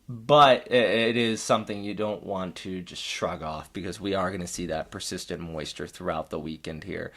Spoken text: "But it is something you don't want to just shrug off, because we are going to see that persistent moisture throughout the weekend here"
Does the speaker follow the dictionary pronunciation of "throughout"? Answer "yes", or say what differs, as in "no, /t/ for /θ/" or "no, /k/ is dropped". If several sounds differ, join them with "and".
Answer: yes